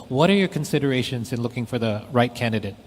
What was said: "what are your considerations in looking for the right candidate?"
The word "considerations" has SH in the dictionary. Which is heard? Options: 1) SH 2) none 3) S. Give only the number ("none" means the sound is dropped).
1